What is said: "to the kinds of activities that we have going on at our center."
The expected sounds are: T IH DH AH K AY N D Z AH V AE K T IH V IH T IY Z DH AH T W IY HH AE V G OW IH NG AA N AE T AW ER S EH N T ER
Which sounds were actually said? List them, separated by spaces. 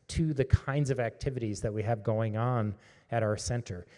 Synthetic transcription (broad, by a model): T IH DH AH K AY N D Z AH V AE K T IH V IH T IY Z DH AH T W IY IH V G OW IH NG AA N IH T AW ER S EH N T ER